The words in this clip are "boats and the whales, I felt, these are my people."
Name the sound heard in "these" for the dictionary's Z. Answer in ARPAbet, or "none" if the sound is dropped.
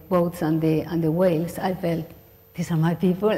S